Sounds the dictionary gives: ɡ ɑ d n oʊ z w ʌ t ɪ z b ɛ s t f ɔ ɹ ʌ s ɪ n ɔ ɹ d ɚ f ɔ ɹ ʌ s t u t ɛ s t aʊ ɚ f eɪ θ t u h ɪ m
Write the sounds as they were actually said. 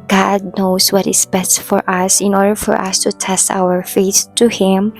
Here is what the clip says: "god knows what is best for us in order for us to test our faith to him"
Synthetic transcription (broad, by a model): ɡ ɑ d n oʊ s w ʌ t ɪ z b ɛ s t f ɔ ɹ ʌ s ɪ n ɔ ɹ d ɚ f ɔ ɹ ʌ s t u t ɛ s t aʊ ɚ f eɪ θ t u h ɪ m